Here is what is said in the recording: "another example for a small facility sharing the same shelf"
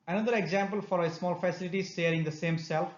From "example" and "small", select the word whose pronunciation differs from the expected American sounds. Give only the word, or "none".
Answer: none